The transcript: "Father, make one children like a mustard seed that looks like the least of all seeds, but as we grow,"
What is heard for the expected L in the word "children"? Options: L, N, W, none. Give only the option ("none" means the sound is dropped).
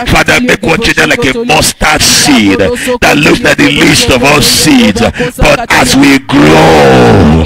none